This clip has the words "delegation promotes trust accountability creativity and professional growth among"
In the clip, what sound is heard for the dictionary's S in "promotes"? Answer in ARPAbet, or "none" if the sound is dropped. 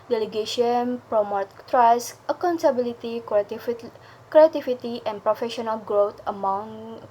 none